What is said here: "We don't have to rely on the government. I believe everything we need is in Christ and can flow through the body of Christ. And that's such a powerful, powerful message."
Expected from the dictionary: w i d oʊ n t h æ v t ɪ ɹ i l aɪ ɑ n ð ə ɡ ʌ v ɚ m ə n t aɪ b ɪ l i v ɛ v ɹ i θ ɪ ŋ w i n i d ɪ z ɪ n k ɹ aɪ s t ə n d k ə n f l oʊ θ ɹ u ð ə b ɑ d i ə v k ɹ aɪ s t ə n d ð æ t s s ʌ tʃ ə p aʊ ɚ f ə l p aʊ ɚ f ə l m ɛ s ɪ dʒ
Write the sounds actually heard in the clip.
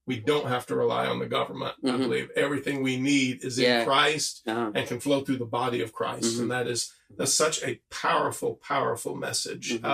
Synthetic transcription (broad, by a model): w i d oʊ n t h æ f t ɪ ɹ i l aɪ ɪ n ð ə ɡ ʌ v ɚ m ə n t aɪ b ɪ l i v ɛ v ɹ i θ ɪ ŋ w i n i d ɪ z ɪ n k ɹ aɪ s t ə n k ə n f l oʊ θ ɹ u ð ə b ɑ d i ə v k ɹ aɪ s t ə n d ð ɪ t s s ʌ tʃ ə p aʊ ɚ f l p aʊ ɚ f l m ɛ s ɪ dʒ